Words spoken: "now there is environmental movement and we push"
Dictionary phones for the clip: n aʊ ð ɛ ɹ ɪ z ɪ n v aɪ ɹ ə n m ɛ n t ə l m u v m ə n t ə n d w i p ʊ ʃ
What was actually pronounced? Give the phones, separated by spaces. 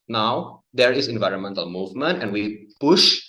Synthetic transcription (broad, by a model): n aʊ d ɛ ɹ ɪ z ɪ n v aɪ ɹ ə n m ɛ n t ə l m u v m ə n t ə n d w i p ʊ ʃ